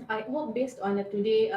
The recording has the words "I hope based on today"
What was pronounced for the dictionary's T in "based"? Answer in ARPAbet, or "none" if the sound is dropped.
T